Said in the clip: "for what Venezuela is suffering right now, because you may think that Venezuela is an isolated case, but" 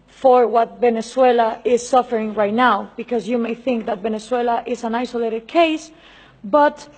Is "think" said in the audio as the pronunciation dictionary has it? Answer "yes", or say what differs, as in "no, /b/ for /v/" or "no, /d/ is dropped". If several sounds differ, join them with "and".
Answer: yes